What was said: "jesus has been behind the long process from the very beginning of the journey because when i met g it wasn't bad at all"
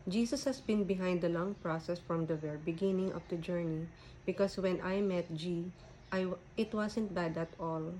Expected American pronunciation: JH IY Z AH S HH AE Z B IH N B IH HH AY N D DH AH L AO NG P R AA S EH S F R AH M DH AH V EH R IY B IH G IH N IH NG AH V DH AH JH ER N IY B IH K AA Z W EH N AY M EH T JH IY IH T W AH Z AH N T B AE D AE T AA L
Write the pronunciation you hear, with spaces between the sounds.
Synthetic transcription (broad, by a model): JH IY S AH S HH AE S B IH N B IH HH AY N D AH L AO NG P R AA S EH S F R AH M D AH V EH R IY B IH G IH N IH NG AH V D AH JH ER N IY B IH K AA S W EH N AY M EH T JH IY IH T W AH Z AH N T B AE D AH T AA L